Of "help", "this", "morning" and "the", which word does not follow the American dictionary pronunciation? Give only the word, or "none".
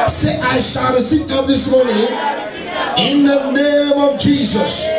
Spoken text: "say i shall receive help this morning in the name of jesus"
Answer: help